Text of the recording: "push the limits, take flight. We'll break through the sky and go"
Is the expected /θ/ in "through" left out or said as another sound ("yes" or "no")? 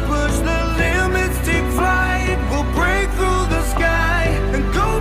no